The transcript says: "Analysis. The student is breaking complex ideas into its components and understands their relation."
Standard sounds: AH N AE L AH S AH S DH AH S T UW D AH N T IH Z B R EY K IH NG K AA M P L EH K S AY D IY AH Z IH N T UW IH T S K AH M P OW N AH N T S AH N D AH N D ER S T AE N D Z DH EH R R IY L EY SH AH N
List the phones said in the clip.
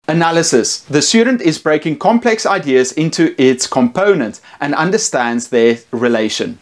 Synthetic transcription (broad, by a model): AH N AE L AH S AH S DH AH S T UW D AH N T IH Z B R EY K IH NG K AA M P L EH K S AY D IY AH Z IH N T UW IH T S K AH M P OW N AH N T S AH N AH N D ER S T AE N D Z DH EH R R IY L EY SH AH N